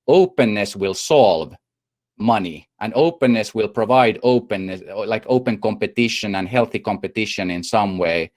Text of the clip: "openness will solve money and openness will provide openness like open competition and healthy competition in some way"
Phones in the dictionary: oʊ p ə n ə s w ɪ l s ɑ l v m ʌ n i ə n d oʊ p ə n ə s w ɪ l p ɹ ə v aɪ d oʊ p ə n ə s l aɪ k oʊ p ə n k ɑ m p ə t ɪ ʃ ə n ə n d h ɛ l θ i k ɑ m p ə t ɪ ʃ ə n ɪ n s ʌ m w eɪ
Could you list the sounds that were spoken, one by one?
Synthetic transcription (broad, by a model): oʊ p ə n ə s w ɪ l s ɑ l v m ʌ n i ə n oʊ p ə n ə s w ɪ l p ɹ ə v aɪ d oʊ p ə n ə s l aɪ k oʊ p ə n k ɑ m p ə t ɪ ʃ ə n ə n h ɛ l θ i k ɑ m p ə t ɪ ʃ ə n ɪ n s ʌ m w eɪ